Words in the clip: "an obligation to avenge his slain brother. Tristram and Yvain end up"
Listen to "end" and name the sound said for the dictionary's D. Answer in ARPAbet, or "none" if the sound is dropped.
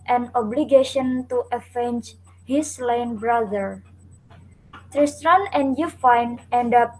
D